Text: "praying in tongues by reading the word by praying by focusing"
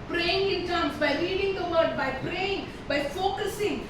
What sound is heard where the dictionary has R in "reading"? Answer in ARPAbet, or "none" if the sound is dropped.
L